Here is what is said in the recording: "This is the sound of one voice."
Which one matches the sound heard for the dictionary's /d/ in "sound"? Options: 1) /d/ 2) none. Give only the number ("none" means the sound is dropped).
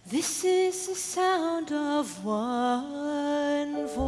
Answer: 1